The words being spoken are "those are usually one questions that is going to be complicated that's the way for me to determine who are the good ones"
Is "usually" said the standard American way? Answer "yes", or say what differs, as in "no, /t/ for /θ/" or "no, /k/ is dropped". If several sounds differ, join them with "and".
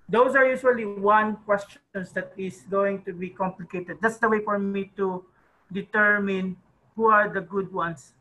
no, /ʃ/ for /ʒ/